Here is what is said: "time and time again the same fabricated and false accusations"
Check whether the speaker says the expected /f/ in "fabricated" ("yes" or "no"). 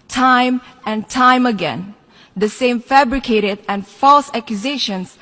yes